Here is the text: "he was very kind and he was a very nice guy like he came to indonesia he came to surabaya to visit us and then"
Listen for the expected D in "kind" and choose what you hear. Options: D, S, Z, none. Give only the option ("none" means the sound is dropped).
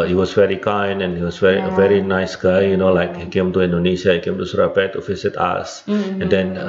none